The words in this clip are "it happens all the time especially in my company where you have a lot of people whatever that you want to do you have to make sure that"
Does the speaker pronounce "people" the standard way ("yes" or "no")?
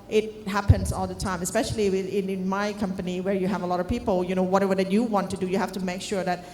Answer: no